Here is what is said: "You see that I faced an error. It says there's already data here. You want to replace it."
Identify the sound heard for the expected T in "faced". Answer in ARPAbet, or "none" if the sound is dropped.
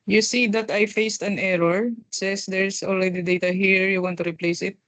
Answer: T